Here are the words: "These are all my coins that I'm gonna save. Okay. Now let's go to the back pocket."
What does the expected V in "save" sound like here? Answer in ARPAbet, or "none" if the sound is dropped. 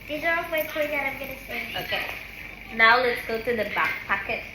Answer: none